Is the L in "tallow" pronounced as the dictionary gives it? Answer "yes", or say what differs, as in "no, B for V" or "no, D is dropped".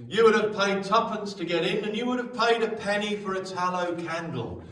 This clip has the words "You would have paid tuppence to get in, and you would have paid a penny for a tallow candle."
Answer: yes